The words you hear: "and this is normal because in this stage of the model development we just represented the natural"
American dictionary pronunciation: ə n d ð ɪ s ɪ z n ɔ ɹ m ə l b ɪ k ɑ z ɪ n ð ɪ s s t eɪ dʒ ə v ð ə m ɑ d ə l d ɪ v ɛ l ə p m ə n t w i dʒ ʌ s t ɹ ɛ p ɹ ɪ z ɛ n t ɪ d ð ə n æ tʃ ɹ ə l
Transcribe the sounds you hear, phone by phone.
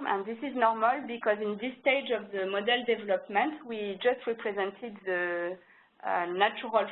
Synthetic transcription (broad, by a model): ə n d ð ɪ s ɪ z n ɔ ɹ m ə l b ɪ k ɑ z ɪ n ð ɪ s s t eɪ dʒ ə v ð ə m ɑ d ə l d ɪ v ɛ l ə p m ə n t w i dʒ ʌ s t ɹ ɛ p ɹ ɪ z ɛ n t ɪ d ð ə n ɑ tʃ ɹ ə l